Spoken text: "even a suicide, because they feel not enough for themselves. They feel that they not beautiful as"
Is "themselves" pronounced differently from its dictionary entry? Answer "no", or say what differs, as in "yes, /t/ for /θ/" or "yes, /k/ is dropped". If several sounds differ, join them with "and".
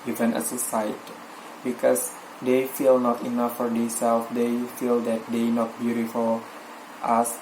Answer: yes, /m/ is dropped